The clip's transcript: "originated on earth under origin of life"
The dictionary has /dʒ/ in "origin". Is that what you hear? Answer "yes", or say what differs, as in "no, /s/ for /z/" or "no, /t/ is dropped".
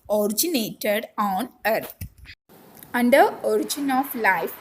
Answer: yes